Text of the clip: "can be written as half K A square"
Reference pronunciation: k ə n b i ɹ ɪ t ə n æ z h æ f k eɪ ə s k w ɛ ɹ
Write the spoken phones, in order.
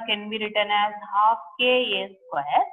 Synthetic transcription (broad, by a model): k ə n b i ɹ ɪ t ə n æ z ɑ p k eɪ ə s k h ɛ